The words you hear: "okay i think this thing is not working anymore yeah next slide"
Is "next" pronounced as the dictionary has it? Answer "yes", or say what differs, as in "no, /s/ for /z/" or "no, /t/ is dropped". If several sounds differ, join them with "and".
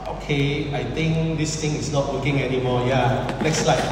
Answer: no, /l/ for /n/